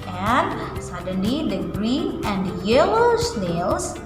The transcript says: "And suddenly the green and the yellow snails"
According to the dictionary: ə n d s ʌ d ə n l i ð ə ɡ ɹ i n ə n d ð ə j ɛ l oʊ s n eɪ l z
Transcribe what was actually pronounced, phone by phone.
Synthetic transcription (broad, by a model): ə n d s ʌ d ə n l i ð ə ɡ ɹ i n ə n d j ɛ l oʊ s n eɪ l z